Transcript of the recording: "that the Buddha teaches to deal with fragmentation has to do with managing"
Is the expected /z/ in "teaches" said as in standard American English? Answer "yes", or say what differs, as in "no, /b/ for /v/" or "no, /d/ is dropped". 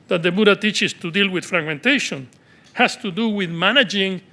no, /s/ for /z/